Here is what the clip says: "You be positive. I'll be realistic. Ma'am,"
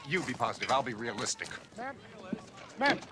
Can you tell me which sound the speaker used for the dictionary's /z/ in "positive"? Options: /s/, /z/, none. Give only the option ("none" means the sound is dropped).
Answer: /z/